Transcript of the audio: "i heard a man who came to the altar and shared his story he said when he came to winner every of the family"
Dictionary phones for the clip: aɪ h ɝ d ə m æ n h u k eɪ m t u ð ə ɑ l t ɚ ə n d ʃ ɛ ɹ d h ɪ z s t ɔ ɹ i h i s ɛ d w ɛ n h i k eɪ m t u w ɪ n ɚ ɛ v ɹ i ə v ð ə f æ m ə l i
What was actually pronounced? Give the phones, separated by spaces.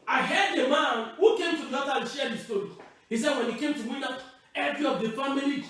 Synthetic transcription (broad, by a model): aɪ h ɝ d ə m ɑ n h u k eɪ m t u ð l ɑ t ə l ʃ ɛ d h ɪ s t ɔ ɹ i h i s ɛ d w ɛ n h i k eɪ m t u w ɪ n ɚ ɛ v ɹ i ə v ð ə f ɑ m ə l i